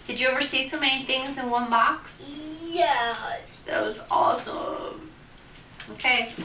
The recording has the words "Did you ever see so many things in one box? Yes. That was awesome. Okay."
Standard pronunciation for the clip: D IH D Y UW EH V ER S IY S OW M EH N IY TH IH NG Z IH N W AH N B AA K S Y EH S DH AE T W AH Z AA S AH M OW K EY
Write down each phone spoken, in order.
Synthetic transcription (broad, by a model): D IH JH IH EH V ER S IY S OW M EH N IY TH IH NG Z IH N W AH N B AA K S Y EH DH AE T W AH Z AA S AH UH OW K EY